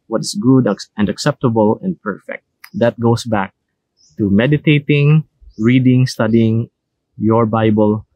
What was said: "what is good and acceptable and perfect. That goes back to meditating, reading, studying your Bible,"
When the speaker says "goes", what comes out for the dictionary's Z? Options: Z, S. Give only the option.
S